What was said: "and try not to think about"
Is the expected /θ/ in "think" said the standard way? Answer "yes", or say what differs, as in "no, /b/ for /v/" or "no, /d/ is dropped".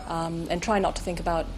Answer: yes